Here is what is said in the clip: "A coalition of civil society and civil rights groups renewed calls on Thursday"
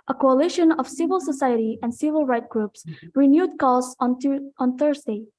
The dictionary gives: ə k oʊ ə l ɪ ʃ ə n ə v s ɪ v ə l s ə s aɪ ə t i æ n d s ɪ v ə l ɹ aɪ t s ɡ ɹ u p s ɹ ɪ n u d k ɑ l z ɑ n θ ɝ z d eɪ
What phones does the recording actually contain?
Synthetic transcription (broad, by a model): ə k oʊ ə l ɪ ʃ ə n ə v s ɪ v ə l s ə s aɪ ə t i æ n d s ɪ v ə l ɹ aɪ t ɡ ɹ u p s ɹ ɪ n u d k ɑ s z ɑ n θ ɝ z d eɪ